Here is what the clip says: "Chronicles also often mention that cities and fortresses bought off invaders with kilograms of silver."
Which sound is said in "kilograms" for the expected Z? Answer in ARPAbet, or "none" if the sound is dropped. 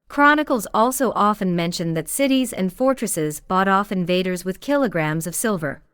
Z